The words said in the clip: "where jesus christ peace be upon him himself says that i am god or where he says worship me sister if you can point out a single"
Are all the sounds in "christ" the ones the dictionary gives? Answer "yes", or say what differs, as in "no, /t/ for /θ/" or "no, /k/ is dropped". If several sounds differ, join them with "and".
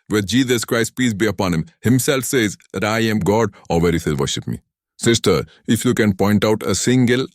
yes